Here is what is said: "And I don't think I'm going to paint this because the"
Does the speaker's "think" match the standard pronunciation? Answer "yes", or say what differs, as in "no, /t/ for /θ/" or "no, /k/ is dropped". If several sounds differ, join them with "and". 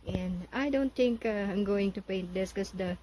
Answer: no, /t/ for /θ/